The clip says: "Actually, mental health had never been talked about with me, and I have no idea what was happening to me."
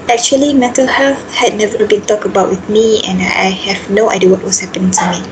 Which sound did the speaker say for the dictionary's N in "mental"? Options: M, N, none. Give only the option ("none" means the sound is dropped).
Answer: none